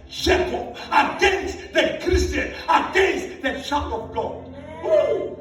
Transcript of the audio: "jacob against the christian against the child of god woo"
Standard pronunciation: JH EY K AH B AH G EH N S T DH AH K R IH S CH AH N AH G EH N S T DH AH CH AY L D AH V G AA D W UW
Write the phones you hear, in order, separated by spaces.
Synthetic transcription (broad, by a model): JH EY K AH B AH G EH N S T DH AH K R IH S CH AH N AH G EH N S T DH AH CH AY D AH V G AA D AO